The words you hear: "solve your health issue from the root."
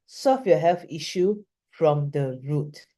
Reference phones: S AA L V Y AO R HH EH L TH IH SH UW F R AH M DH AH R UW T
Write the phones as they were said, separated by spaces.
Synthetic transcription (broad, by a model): S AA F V Y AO HH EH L F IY SH UW F R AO M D AH R UW T